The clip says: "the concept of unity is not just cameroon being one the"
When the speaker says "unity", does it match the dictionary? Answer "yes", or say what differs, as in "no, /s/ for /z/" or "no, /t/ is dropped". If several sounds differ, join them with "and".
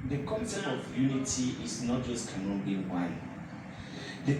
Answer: yes